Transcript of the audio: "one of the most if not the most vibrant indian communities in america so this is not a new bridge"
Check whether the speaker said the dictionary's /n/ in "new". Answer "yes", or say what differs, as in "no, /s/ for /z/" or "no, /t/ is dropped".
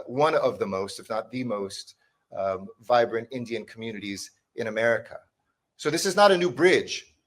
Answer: yes